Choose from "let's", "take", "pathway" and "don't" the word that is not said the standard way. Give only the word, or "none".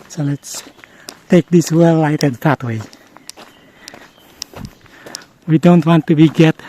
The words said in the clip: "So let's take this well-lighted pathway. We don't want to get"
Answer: pathway